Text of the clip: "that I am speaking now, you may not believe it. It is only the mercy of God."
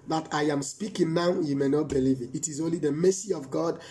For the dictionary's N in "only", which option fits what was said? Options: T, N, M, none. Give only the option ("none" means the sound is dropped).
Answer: N